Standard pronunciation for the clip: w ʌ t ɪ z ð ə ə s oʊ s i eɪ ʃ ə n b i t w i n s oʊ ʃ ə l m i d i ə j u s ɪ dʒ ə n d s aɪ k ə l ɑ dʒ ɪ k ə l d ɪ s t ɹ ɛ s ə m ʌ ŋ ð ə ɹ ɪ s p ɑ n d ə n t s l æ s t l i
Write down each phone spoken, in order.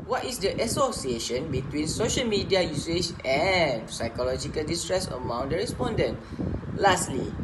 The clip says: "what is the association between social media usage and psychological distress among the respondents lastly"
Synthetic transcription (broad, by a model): w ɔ t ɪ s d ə ə s oʊ s i eɪ ʃ ə n b i t w i n s oʊ ʃ ə l m i d i ə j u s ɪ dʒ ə n s aɪ k ə l ɑ dʒ ɪ k ə l d ɪ s t ɹ ɛ s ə m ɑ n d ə ɹ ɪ s p ɑ n d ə n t l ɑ s t l i